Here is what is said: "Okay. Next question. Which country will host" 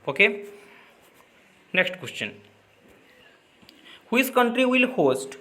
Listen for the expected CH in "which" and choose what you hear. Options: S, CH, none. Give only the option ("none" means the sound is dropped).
S